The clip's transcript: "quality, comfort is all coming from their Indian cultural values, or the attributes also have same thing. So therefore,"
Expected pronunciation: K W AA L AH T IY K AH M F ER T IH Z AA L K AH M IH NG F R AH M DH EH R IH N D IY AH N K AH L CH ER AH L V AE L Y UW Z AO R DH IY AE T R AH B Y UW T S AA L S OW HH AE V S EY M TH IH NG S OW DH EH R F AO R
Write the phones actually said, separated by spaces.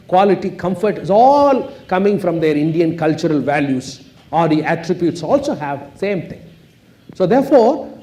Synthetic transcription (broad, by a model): K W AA L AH T IY K AH M F ER T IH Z AA L K AH M IH NG F R AH M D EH R IH N D IY AH N K AH L CH ER AH L V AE L Y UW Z AO R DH IY AE T R AH B Y UW T S AA L S OW HH AE V S EY M T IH NG S OW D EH R F AO R